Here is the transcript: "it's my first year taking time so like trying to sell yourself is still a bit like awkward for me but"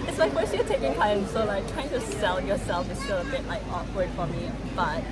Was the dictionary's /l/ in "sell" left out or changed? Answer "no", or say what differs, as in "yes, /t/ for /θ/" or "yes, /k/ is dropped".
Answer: yes, /n/ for /l/